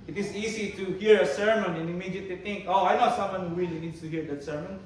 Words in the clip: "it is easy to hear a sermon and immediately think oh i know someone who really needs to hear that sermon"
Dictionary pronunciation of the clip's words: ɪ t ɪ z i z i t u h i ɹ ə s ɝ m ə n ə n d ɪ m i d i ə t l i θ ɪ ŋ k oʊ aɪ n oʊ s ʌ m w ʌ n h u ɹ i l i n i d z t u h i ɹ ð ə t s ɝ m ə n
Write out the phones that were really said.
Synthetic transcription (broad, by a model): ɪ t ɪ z i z i t u h i ɹ ə s ɝ m ə n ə n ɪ m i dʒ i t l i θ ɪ ŋ k oʊ aɪ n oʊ s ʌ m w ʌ n h u w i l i n i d s t u h i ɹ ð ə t s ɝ m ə n